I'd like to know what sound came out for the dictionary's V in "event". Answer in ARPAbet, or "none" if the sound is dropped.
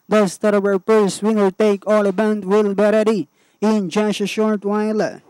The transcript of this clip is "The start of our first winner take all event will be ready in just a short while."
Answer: B